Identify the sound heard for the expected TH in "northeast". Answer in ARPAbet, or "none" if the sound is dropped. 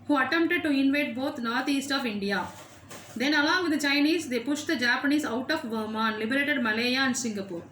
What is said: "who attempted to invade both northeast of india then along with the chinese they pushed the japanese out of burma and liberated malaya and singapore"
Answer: T